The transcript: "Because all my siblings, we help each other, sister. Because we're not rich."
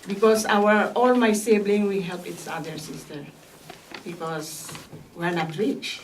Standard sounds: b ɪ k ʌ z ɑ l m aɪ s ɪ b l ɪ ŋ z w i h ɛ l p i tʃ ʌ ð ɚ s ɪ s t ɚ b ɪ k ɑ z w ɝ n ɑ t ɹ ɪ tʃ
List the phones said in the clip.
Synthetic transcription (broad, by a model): b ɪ k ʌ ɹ ɑ l m aɪ s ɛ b l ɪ ŋ w i h ɛ l p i s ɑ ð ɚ s ɪ s t ɚ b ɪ k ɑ s w ɝ n ɑ t ɹ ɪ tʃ